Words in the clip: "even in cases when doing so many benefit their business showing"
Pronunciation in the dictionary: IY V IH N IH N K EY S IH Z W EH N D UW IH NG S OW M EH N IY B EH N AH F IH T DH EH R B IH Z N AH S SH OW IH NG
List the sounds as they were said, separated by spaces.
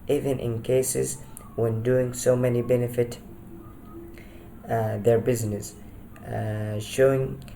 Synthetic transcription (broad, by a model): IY V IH N IH N K EY S IH Z W EH N D UW IH NG S OW M EH N IY B EH N AH F IH T DH EH R B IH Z N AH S SH OW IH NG